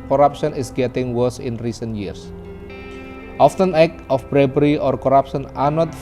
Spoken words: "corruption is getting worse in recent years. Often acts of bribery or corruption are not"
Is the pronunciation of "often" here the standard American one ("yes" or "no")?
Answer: yes